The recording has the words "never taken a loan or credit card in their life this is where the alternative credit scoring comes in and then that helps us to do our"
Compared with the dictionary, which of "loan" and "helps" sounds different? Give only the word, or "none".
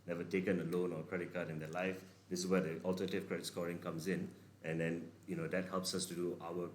none